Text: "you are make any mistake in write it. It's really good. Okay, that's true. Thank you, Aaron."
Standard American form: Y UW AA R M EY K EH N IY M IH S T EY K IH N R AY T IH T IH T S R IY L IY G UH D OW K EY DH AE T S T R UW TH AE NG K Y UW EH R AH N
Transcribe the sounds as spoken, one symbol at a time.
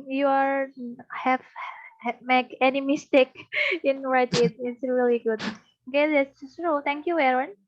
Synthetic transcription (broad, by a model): Y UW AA R M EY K EH N IY M IH S T EY K IH N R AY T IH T IH T S R IY L IY G UH D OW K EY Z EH S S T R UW T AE NG K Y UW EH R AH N